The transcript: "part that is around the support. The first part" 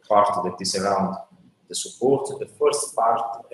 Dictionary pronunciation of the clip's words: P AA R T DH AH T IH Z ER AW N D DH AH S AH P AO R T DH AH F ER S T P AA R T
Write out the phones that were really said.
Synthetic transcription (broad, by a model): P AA R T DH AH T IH S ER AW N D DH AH S AH P AO R T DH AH F ER S T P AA R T